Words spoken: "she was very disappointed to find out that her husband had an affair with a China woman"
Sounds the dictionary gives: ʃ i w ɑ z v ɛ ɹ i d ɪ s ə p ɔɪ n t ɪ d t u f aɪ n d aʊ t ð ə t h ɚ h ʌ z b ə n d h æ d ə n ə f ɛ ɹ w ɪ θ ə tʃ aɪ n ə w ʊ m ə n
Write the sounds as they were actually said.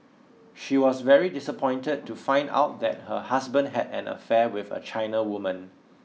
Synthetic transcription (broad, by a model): ʃ i w ɑ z v ɛ ɹ i d ɪ s ə p ɔɪ n t ɪ d t u f aɪ n d aʊ t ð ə t h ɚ h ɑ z b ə n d h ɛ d ə n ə f ɛ w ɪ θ ə tʃ aɪ n ə w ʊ m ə n